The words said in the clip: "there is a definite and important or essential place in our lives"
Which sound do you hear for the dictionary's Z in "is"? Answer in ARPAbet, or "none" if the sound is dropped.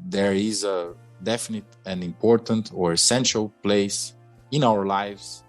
Z